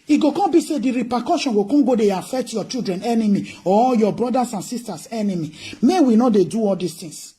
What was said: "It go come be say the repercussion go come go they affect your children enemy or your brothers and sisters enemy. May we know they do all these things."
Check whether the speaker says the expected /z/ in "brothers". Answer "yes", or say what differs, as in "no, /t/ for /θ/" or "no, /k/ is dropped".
no, /s/ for /z/